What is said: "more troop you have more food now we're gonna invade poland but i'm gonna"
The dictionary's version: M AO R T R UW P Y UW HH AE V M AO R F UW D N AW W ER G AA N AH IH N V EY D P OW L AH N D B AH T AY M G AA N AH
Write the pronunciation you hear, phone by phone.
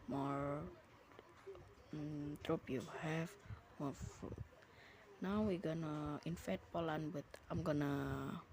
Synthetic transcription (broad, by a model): M AO R T R UW P Y UW HH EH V M AO R F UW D N AW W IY G AA N AH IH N F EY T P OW L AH N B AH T AY M G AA N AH